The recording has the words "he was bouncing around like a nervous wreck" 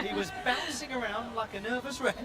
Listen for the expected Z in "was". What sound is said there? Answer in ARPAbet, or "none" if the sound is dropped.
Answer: Z